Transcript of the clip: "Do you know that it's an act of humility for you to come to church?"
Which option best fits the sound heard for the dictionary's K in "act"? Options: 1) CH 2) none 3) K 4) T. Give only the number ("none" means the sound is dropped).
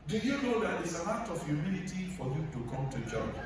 2